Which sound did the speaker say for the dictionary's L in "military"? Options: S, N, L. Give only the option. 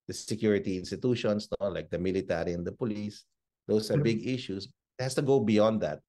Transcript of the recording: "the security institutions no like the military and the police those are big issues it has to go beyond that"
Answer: L